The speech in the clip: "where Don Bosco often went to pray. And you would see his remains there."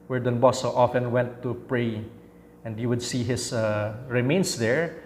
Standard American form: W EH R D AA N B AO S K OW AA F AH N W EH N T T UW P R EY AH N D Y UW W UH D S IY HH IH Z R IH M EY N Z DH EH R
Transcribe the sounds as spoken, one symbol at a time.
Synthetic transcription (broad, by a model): W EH R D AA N B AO S OW AA F AH N W EH N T T UW P R EY AH N D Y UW W UH D S IY HH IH S R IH M EY N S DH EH R